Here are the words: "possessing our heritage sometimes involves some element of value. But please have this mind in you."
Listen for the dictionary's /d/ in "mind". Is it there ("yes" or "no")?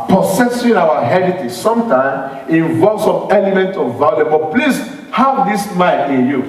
no